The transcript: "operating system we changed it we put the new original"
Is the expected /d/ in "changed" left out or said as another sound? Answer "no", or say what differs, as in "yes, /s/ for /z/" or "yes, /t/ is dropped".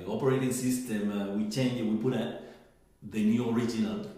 yes, /d/ is dropped